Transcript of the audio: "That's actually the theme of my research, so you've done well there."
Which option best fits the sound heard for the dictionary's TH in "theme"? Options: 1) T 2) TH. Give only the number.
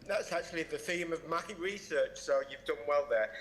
2